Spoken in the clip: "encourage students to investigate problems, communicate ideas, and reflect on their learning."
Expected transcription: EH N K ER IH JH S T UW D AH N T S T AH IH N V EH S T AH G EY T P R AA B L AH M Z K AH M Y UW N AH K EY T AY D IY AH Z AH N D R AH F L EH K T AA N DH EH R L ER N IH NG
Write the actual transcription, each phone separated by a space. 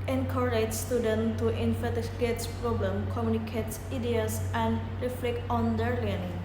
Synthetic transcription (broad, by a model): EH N K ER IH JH S T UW D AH N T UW T AH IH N F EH T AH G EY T P R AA B L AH M K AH M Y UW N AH K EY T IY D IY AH S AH N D R AH F L EH K T AA N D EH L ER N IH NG